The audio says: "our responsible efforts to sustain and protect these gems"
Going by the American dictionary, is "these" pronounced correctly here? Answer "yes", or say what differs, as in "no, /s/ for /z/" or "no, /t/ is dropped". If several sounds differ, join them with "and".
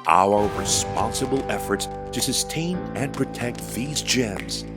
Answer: yes